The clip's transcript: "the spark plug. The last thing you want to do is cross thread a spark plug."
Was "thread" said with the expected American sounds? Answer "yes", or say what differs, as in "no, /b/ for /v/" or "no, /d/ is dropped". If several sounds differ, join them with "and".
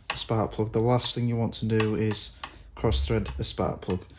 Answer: yes